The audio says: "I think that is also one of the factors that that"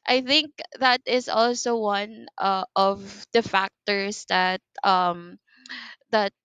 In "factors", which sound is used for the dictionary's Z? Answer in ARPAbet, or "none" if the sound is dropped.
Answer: S